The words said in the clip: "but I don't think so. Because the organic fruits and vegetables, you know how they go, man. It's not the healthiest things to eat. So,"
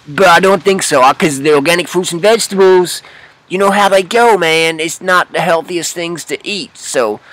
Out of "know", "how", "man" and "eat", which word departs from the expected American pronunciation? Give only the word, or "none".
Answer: none